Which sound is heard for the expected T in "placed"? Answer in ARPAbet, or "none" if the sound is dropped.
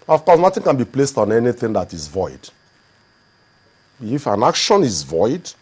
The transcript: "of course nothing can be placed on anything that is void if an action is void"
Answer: T